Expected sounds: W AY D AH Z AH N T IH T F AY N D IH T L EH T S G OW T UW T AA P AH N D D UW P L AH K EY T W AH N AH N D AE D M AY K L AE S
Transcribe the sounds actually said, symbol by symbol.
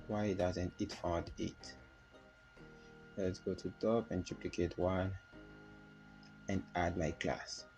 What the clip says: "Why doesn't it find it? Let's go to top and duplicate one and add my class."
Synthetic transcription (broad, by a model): W AY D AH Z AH N T IH T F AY D IH T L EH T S G OW T UW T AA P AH N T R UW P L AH K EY T W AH N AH N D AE D M AY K L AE S